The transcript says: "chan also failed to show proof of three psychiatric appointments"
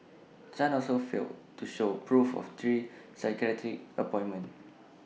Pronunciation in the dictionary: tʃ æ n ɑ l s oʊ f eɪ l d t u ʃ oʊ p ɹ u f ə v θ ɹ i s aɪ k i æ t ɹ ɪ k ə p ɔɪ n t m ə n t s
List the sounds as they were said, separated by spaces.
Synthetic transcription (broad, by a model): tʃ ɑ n ɑ l s oʊ f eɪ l t u ʃ oʊ p ɹ u f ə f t ɹ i s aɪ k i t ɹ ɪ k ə p ɔɪ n m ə n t